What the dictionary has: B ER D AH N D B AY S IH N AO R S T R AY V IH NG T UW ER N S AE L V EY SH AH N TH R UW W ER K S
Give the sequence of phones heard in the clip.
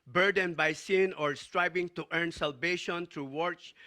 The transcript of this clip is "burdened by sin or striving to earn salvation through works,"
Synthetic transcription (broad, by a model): B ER D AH N B AY S IH N AO R S T R AY B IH NG T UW ER N S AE L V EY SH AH N T R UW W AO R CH